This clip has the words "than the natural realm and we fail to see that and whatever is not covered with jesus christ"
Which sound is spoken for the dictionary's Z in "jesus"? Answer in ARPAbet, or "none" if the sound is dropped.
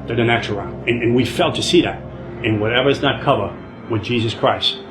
Z